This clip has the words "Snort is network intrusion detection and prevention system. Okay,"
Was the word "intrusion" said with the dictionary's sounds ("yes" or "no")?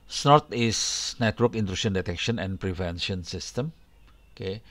no